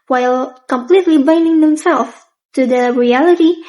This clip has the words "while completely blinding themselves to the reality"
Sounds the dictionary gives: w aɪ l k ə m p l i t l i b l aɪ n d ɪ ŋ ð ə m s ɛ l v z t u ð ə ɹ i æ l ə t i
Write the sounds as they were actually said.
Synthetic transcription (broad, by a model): w aɪ l k ə m p l i t l i b aɪ n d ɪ ŋ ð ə m s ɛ l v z t u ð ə ɹ i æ l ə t i